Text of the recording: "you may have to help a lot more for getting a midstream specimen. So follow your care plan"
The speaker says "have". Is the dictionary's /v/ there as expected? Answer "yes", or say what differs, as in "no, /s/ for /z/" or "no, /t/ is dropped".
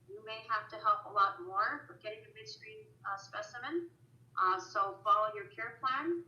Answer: no, /f/ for /v/